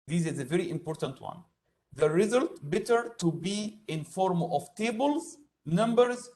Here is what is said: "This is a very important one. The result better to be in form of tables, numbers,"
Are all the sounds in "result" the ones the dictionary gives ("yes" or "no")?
yes